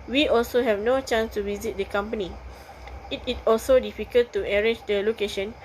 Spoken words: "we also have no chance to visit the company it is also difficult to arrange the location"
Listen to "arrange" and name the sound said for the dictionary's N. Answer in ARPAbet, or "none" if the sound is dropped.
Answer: none